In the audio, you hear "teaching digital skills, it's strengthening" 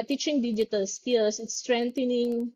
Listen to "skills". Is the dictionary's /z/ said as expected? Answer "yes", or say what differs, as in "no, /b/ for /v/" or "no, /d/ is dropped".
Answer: no, /s/ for /z/